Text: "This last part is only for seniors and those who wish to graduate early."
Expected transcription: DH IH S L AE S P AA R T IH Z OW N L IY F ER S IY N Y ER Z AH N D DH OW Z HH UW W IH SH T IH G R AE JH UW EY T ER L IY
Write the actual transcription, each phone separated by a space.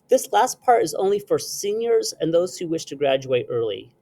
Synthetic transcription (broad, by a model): DH IH S L AE S P AA R T IH Z OW N L IY F ER S IY N Y ER Z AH N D DH OW Z HH UW W IH SH T IH G R AE JH UW EY T ER L IY